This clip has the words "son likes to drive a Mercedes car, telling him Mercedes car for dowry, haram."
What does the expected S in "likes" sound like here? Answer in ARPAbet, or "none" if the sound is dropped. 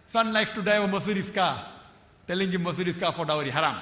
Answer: none